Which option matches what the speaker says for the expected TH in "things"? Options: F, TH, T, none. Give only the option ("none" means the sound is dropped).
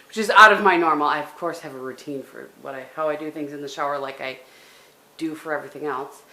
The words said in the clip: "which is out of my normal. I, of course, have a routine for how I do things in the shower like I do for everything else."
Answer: TH